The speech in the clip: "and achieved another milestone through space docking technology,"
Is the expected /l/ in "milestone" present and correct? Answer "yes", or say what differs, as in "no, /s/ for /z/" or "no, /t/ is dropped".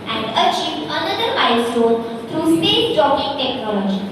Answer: no, /l/ is dropped